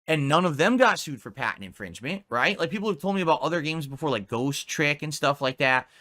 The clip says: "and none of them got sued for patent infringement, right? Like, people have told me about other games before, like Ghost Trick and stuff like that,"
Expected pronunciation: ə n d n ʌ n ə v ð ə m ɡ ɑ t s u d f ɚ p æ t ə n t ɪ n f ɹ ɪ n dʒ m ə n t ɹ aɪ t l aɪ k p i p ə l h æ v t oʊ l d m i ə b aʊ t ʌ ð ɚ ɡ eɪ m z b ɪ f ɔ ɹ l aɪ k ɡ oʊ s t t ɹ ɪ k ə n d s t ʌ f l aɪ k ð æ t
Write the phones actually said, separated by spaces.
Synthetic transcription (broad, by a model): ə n n ʌ n ə v ð ə m ɡ ɑ t s u d f ɚ p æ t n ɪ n f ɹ ɪ n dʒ m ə n t ɹ aɪ t l aɪ k p i p l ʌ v t oʊ l d m i ə b aʊ t ʌ ð ɚ ɡ eɪ m z b ɪ f ɔ ɹ l aɪ k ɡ oʊ s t t ɹ ɪ k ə n s t ʌ f l aɪ k ð æ t